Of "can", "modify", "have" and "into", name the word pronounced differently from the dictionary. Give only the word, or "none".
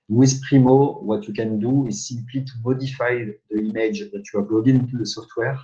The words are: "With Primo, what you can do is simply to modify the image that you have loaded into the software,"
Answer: have